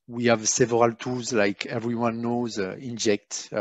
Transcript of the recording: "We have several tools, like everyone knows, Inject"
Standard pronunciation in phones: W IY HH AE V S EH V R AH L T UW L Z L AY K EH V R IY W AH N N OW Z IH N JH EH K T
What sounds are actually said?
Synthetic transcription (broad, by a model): W IY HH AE V S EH V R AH L T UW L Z L AY K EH V R IY W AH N N OW Z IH N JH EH K T